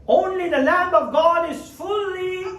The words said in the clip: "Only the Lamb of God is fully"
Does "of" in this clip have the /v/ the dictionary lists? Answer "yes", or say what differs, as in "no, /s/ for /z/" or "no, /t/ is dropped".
yes